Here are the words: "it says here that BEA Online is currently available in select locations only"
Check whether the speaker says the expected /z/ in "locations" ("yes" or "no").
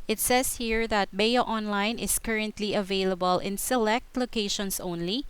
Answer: no